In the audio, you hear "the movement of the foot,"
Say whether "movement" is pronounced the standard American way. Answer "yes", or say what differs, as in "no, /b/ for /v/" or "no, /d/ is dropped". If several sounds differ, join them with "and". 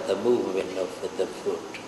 yes